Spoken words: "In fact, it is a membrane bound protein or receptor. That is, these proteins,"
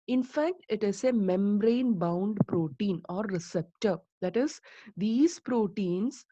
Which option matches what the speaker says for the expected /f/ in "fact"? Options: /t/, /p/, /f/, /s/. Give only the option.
/f/